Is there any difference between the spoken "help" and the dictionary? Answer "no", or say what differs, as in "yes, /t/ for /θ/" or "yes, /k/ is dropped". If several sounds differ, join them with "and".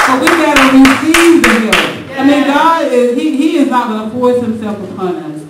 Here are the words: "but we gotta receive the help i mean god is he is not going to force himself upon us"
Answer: yes, /p/ is dropped